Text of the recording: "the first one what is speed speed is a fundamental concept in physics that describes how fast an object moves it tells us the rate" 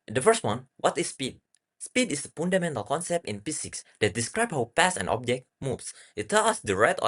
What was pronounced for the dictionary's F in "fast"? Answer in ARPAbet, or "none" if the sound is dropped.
P